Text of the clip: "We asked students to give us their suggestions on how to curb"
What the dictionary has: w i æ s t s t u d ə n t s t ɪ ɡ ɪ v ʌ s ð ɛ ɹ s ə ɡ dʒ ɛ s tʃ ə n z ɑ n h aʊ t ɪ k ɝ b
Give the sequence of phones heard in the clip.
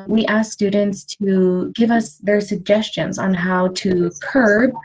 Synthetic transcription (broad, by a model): w i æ s s t u d n t s t ɪ ɡ ɪ v ʌ s ð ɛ ɹ s ə ɡ dʒ ɛ s tʃ ə n z n h aʊ t ɪ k ɝ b